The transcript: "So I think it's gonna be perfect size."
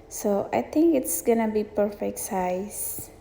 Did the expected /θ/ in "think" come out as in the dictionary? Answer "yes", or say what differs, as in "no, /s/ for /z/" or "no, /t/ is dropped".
no, /t/ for /θ/